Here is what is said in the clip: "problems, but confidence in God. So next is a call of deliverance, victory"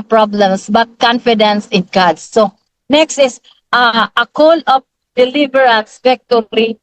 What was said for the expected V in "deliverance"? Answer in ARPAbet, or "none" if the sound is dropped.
B